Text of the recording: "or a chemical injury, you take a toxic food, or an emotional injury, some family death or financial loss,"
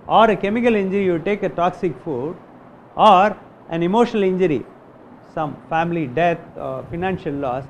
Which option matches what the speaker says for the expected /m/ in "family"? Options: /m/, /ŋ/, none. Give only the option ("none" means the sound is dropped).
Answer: /m/